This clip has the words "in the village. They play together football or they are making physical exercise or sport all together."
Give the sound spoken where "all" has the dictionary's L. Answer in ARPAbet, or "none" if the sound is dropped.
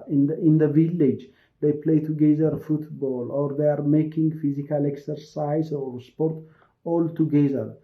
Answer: L